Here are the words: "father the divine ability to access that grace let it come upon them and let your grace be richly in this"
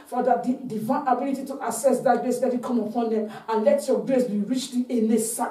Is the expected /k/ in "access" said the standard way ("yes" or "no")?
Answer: no